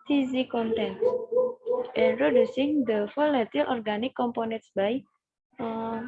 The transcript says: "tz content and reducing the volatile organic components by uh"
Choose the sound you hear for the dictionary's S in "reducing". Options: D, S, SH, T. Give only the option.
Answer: S